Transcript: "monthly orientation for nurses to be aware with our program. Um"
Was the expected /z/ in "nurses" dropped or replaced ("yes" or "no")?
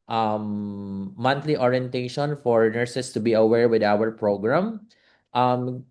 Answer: yes